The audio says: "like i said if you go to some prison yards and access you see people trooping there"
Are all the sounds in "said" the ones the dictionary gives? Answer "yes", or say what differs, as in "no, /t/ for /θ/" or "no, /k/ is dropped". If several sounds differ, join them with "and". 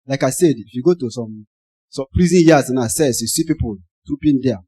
yes